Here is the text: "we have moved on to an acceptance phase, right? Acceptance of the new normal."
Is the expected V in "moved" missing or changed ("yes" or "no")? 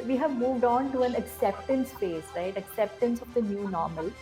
no